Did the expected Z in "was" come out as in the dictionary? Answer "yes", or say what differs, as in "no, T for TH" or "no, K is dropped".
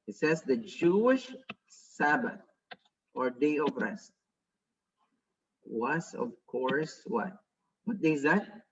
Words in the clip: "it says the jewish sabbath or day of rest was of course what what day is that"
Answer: no, S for Z